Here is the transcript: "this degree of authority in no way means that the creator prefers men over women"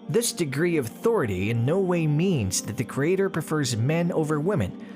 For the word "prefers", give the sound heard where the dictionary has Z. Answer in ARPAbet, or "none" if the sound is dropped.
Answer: Z